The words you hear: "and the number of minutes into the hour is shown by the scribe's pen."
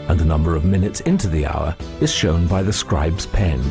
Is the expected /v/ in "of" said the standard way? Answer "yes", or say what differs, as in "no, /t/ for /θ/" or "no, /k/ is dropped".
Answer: yes